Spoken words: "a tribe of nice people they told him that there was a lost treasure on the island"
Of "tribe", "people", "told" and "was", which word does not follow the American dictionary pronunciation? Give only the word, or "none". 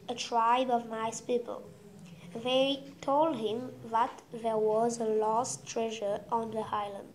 none